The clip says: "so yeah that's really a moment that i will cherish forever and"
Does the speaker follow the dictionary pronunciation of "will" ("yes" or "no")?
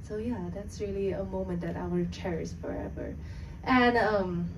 no